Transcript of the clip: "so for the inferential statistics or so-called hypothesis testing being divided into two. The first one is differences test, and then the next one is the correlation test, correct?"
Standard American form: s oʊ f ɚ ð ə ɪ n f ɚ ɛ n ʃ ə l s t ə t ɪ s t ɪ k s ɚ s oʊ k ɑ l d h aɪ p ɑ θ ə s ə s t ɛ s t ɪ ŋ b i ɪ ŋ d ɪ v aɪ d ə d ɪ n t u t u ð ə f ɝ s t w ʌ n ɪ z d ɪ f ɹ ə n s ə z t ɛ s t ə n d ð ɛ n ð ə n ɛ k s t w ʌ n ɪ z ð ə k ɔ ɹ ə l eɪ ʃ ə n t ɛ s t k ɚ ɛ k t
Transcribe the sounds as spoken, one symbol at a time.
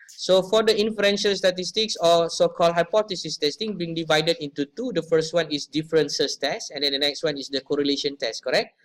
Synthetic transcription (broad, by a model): s oʊ f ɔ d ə ɪ n f ɚ ɛ n ʃ ə l s t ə t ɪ s t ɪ k s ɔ s oʊ k ɑ l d h aɪ p ɑ t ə s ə s t ɛ s t ɪ ŋ b i ŋ d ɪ v aɪ d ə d ɪ n t u t u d ə f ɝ s t w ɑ n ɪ s d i f ɹ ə n s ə s t ɛ s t ə n d ɛ n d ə n ɛ k s t w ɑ n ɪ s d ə k ɔ ɹ ə l eɪ ʃ ə n t ɛ s t k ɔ ɛ k t